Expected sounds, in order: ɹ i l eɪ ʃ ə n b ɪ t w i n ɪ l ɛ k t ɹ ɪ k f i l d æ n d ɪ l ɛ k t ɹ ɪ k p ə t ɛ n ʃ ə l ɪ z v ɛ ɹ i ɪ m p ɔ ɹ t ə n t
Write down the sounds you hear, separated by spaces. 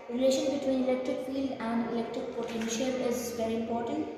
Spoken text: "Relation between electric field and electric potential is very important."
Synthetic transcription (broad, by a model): ɹ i l eɪ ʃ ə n b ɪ t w i n ɪ l ɛ k t ɹ ɪ k f i l d æ n d ɪ l ɛ k t ɹ ɪ k p ə t ɛ n ʃ ə l ɪ z v ɛ ɹ i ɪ m p ɔ ɹ t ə n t